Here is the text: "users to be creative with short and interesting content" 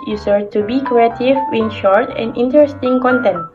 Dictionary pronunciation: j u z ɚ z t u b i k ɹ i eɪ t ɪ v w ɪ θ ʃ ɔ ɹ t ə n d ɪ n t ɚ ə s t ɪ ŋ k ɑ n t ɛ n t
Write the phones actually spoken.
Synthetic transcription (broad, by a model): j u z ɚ t u b i k ɹ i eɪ t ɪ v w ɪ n ʃ ɔ ɹ t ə n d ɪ n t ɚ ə s t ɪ ŋ k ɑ n t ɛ n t